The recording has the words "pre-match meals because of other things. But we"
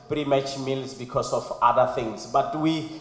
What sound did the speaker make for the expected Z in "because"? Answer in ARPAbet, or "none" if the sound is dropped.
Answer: S